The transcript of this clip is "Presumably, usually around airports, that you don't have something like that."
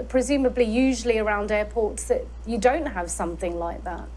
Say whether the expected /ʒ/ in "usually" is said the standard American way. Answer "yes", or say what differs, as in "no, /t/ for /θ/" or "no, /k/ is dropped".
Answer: yes